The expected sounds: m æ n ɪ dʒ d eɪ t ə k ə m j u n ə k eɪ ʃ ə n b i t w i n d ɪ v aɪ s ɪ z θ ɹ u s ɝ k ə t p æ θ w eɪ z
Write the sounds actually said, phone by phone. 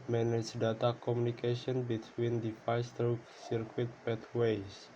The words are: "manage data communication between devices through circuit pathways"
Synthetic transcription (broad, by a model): m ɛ n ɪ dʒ d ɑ t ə k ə m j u n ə k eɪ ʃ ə n b i t w i n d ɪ f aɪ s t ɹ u s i k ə t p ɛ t w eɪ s